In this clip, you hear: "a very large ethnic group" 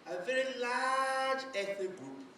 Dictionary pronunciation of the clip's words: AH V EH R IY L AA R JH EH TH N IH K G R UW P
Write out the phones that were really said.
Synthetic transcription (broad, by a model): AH V EH R IY L AA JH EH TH IH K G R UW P